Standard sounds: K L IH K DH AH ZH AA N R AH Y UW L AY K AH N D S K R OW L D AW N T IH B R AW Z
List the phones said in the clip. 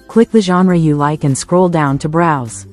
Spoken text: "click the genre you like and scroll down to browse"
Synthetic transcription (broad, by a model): K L IH K DH AH ZH AA N R AH Y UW L AY K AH N S K R OW L D AW N T IH B R AW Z